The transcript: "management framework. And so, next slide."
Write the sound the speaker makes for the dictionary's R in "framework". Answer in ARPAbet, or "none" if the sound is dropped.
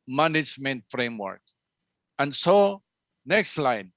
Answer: R